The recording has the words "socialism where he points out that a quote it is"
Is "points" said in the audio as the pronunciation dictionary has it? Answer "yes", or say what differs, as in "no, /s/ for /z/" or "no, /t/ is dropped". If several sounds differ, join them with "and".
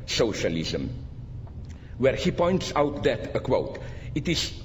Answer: yes